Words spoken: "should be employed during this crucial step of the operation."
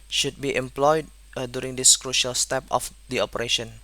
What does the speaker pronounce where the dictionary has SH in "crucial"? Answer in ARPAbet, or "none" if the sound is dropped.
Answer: SH